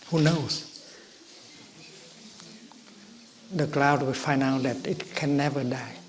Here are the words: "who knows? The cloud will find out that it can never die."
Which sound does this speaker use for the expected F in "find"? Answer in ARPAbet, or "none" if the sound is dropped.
F